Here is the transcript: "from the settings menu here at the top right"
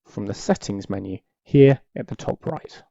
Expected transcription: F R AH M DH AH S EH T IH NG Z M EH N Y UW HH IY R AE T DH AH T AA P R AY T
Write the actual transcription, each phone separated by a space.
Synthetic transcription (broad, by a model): F R AH M DH AH S EH T IH NG Z M EH N Y UW HH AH R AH T DH AH T AA P R AY T